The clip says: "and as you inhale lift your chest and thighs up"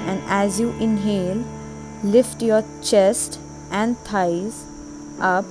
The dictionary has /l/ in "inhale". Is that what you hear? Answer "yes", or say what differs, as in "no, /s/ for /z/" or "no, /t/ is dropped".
yes